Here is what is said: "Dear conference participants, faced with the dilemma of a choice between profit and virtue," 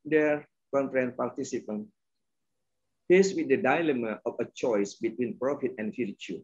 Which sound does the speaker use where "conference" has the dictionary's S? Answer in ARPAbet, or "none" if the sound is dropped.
none